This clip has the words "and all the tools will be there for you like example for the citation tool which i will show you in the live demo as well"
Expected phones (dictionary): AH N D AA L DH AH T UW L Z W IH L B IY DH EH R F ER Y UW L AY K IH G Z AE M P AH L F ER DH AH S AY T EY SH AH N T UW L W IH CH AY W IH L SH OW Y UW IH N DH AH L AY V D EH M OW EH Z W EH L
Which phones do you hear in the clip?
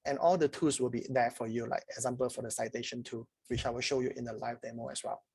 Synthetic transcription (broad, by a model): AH N AA L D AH T UW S W IH L B IY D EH F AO Y UW L AY K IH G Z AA M P AH L F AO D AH S AY T EY SH AH N T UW W IH CH AY W IH L SH OW Y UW IH N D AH L AY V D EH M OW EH S W EH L